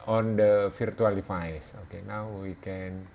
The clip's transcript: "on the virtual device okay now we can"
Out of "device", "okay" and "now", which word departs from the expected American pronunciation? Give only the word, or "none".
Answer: device